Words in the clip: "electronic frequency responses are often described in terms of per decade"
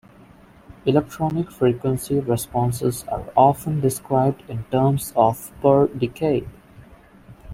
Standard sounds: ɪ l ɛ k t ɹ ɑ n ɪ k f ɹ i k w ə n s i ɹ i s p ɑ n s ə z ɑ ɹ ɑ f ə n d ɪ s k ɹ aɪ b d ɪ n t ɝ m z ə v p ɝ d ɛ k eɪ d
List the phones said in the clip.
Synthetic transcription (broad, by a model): ɪ l ɛ k t ɹ ɑ n ɪ k f ɹ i k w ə n s i ɹ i s p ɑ n s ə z ɑ ɹ ɑ f ə n d ɪ s k ɹ aɪ b d ɪ n t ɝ m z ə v p ɝ d ɛ k eɪ d